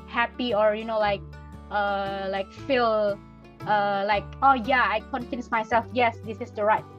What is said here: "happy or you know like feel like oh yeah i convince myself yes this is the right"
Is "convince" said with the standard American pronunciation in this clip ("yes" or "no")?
no